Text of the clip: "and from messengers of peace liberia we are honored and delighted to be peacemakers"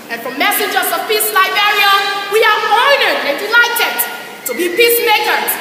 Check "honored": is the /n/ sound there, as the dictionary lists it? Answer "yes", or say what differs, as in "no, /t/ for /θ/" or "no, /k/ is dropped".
no, /n/ is dropped